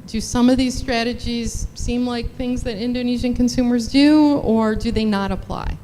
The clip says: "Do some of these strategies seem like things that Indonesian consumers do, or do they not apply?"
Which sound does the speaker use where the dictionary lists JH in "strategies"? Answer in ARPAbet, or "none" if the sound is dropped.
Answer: JH